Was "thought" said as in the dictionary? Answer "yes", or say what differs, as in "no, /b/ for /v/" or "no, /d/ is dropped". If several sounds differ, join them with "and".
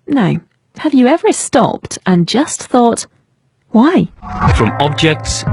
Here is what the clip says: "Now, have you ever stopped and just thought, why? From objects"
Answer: yes